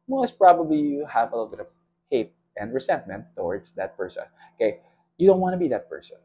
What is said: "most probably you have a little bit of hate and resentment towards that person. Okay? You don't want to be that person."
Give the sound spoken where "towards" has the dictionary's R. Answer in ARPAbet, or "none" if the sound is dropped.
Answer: R